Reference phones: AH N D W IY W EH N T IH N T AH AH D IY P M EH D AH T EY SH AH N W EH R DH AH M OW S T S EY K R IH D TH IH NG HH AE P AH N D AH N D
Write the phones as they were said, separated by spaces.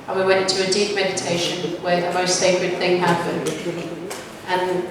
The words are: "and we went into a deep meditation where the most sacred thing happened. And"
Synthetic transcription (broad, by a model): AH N W IY W EH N N T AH AH D IY P M EH D AH T EY SH AH N W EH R DH AH M OW S T S EY K R IH D TH IH NG HH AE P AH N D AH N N